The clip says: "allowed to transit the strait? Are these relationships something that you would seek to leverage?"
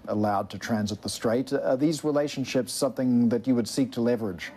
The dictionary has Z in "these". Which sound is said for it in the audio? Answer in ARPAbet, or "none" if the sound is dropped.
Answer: Z